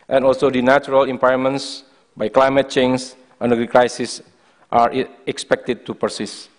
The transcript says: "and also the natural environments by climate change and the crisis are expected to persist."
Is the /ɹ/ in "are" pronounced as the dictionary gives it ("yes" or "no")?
yes